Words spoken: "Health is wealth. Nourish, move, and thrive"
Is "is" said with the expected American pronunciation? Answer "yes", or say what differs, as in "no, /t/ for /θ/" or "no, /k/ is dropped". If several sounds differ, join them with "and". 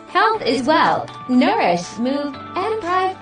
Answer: yes